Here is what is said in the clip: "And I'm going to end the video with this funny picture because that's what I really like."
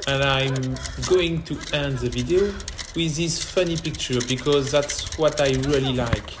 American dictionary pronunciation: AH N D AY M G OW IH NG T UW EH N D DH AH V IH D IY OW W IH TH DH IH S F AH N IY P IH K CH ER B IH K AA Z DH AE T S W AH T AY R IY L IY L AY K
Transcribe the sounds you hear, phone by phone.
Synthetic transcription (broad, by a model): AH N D AY M G OW IH NG T UW EH N D DH AH V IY D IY OW W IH DH IH S F AH N IY P IH K CH ER B IH K AA Z DH AE T S W AH T AY R IY L IY L AY K